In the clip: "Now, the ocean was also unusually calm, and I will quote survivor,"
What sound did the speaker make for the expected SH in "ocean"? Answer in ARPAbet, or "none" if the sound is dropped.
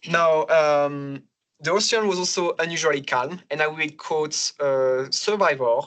S